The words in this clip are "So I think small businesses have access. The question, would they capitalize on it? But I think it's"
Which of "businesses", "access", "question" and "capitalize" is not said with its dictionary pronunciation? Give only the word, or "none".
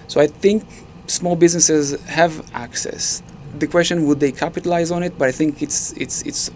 none